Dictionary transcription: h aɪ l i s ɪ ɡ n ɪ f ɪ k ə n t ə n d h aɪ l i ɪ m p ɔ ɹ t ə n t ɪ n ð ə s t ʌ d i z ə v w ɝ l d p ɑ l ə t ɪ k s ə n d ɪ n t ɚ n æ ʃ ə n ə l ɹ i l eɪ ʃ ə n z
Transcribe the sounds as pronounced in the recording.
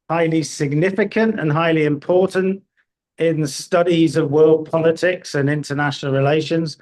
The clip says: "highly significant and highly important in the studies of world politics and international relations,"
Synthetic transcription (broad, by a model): h aɪ l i s ɪ ɡ n ɪ f ɪ k ə n t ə n h aɪ l i ɪ m p ɔ t n t ɪ n ð ə s t ʌ d i z ə v w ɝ l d p ɑ l ə t ɪ k s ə n ɪ n t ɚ n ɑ ʃ ə n ə l ɹ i l eɪ ʃ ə n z